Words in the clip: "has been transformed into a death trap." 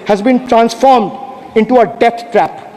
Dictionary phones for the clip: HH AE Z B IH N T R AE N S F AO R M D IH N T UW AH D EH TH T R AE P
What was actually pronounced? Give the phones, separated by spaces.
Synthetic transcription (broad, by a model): HH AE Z B IH N T R AE N S F AO R M D IH N T UW AH D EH T T R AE P